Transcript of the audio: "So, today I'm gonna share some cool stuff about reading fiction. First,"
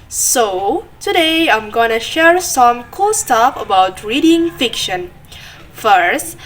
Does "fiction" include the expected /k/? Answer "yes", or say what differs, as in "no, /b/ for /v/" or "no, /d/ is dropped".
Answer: yes